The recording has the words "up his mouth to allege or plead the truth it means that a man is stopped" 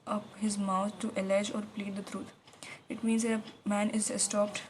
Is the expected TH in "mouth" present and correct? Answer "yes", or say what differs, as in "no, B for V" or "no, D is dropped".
no, T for TH